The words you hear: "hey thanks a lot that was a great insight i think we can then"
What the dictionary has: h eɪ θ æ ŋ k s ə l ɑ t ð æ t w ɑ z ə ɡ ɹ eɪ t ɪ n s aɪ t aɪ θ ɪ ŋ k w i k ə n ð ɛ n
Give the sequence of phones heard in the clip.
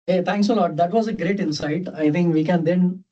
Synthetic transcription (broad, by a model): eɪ t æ ŋ k s ə l ɑ t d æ t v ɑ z ə ɡ ɹ eɪ t ɪ n s aɪ t aɪ t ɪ ŋ k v i k ə n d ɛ n